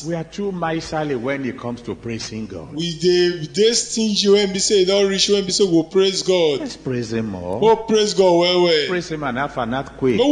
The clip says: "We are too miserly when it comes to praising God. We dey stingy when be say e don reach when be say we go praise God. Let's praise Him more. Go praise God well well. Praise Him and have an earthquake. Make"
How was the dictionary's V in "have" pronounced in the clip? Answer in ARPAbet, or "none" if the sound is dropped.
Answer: F